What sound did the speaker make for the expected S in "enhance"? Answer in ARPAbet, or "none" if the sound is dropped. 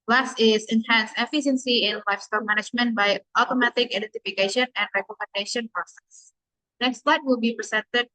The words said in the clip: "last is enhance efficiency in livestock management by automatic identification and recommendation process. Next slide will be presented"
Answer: S